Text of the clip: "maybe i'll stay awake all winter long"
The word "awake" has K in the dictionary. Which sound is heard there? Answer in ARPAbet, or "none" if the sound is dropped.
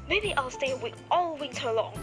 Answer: none